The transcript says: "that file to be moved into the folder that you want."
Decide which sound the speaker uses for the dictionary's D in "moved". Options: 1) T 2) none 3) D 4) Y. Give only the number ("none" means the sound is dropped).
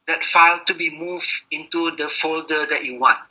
2